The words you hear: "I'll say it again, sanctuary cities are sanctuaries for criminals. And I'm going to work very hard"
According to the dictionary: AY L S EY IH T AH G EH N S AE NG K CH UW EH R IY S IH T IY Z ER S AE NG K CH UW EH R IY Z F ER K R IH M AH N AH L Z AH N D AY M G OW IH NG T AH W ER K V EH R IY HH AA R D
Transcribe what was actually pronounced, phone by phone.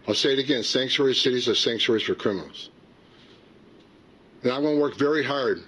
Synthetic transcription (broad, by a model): AY L S EY IH T AH G EH N S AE NG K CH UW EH R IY S IH T IY Z ER S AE NG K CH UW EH R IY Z F ER K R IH M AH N L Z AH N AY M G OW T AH W ER K V EH R IY HH AA R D